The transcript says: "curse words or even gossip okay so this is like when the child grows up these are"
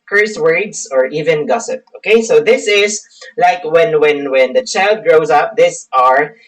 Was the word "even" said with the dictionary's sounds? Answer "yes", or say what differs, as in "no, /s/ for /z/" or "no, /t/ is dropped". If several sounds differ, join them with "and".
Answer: yes